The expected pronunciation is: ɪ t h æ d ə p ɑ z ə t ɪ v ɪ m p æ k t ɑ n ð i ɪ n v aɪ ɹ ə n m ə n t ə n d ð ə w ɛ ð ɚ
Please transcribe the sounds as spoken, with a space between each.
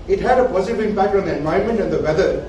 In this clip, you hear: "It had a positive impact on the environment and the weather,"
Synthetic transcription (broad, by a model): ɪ t h æ d ə p ɑ z ə t ɪ v ɪ m p æ k t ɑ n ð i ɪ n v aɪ ə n m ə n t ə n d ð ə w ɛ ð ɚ